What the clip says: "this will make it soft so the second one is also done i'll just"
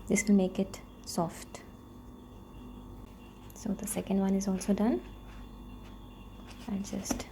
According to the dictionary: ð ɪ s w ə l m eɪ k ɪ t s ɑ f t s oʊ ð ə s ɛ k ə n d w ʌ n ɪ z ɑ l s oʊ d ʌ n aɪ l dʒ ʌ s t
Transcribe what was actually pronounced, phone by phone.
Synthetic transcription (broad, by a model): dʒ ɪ s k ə n m eɪ k ɪ t s ɑ f t s oʊ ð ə s ɛ k ə n d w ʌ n ɪ z ɑ l s oʊ d ʌ n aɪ n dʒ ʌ s t